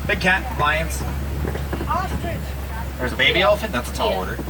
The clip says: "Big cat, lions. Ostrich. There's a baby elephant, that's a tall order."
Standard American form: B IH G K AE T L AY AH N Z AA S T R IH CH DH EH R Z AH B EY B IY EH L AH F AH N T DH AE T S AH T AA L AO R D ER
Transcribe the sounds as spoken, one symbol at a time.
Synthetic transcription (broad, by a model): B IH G K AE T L AY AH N S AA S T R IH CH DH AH R Z AH B EY B IY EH L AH F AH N DH AE T S AH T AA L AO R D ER